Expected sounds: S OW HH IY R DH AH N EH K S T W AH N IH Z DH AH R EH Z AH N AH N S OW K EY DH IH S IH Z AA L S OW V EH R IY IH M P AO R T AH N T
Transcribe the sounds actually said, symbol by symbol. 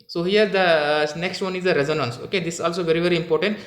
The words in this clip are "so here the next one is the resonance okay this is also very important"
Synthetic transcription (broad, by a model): S OW HH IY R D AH N EH K S T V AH N IH Z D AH R EH Z AH N AH N S OW K EY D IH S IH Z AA L S OW V EH R IY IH M P AO R T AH N T